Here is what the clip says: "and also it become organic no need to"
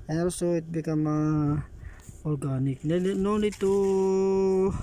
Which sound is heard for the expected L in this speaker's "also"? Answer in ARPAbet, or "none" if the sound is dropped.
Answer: none